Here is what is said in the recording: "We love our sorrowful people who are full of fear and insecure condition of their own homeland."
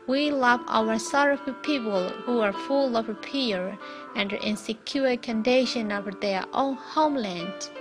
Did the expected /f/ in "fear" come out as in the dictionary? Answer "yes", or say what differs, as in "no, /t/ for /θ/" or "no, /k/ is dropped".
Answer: no, /p/ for /f/